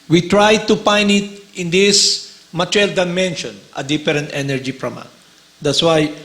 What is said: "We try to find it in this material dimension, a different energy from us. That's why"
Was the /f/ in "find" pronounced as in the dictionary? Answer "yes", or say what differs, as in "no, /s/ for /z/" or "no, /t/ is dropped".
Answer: no, /p/ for /f/